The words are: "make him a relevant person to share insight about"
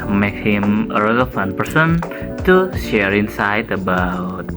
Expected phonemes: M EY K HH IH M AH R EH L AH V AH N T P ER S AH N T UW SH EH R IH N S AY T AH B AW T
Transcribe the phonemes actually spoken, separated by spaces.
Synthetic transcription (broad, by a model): M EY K HH IH M AH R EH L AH F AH N P ER S AH N T UW SH EH R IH N S AY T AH B AW T